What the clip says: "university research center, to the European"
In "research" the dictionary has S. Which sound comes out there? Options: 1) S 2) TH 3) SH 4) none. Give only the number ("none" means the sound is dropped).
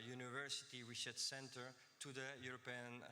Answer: 3